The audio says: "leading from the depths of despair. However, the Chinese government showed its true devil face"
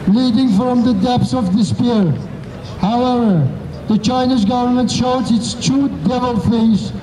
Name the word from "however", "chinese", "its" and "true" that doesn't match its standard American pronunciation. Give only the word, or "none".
true